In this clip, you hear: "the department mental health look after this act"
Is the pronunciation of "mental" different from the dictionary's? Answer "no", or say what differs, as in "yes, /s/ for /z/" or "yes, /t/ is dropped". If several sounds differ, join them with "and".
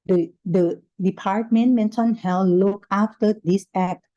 yes, /n/ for /l/